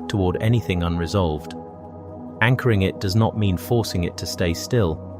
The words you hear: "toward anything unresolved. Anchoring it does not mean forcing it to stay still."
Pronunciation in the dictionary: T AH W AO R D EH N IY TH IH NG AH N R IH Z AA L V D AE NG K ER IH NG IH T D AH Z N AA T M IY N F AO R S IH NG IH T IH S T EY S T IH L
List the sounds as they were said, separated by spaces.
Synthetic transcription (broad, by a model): T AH W AO R D EH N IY TH IH NG AH N R IH Z AA L V D AE NG K ER IH NG IH T D AH Z N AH T M IY N F AO R S IH NG IH T IH S T EY S T IH L